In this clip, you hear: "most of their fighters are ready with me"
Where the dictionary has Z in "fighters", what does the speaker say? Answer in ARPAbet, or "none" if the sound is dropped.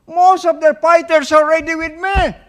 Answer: S